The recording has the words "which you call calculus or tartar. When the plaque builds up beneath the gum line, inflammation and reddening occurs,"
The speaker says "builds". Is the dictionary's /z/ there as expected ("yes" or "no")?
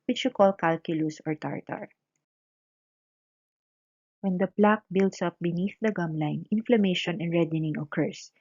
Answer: no